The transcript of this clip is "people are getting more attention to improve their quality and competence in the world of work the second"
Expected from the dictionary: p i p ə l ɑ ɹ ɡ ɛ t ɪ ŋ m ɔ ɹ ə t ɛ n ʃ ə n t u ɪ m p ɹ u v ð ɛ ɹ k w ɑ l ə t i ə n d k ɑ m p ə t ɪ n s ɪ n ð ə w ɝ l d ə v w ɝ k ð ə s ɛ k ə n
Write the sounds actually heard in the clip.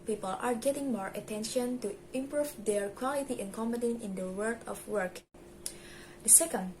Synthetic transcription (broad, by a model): p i p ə l ɑ ɹ ɡ ɛ t ɪ ŋ m ɔ ɹ ə t ɛ n ʃ ə n t u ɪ m p ɹ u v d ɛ ɹ k w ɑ l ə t i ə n k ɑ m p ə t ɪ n ɪ n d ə w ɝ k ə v w ɝ k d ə s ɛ k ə n